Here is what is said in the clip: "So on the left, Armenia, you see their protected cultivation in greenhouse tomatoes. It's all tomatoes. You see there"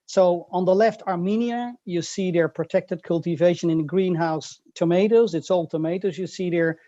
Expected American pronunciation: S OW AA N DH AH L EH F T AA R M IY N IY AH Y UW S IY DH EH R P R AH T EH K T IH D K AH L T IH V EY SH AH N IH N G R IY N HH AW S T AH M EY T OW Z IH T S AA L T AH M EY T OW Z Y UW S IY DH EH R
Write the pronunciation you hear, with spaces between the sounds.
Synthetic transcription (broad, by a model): S OW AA N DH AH L EH F T AA R M IY N IY AH Y UW S IY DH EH R P R AH T EH K T IH D K AH L T IH V EY SH AH N IH N G R IY N HH AW S T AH M EY T OW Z IH T S AA L T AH M EY T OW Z Y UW S IY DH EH R